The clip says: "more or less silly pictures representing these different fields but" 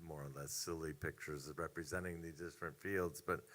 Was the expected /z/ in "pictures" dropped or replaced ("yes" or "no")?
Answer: no